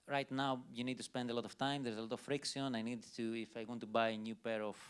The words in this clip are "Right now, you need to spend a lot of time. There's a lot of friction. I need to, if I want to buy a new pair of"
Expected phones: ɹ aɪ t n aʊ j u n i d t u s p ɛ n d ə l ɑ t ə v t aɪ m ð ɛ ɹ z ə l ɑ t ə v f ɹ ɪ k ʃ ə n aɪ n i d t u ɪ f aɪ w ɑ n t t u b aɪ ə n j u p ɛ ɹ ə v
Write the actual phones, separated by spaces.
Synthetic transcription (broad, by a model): ɹ aɪ t n aʊ j u n i d t u s p ɛ n d ə l ɑ t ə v t aɪ m ð ɛ ɹ z ə l ɑ t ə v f ɹ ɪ k s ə n aɪ n i d t u ɪ f aɪ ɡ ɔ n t t u b aɪ ə n j u p ɛ ɹ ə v